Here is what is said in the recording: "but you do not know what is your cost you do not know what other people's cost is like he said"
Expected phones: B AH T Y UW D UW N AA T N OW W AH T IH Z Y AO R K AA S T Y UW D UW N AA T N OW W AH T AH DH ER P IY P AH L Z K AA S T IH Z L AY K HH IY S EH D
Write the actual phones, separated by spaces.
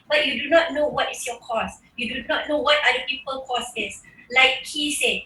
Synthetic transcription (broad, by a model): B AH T Y UW D UW N AA T N OW W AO T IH S Y AO K AA S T Y UW D UW N AA T N OW W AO T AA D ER P IY P AH L K AA S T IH S L AY K HH IY S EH